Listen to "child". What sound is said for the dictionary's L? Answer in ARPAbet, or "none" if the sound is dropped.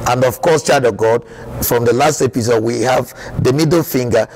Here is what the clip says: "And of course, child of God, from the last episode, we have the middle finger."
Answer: none